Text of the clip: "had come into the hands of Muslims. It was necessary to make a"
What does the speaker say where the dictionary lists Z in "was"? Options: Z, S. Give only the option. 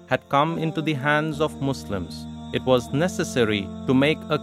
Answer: Z